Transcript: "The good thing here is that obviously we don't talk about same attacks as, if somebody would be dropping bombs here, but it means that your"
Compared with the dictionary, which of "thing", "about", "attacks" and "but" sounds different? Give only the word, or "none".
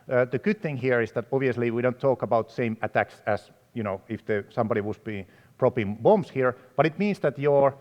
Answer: none